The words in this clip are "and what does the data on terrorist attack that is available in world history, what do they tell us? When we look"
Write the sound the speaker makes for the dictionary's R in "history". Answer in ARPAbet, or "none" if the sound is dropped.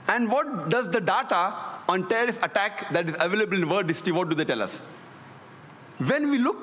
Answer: none